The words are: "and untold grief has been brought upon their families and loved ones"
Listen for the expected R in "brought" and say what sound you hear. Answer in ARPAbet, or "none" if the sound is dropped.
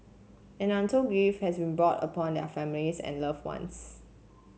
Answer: R